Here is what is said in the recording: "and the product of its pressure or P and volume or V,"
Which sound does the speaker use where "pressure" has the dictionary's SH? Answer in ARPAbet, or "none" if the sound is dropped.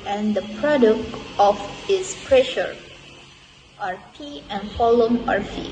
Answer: SH